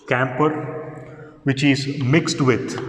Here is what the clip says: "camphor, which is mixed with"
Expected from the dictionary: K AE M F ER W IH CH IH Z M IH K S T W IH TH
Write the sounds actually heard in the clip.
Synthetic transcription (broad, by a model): K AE M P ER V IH CH IH Z M IH K S T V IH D